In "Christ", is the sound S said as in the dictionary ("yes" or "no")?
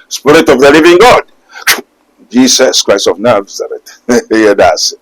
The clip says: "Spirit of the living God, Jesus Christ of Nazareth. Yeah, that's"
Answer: yes